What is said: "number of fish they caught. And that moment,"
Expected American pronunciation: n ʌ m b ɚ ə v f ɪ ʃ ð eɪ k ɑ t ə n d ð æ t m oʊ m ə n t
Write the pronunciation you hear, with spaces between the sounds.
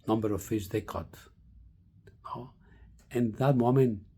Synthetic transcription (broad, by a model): n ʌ m b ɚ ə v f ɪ s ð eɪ k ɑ t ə n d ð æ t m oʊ m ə n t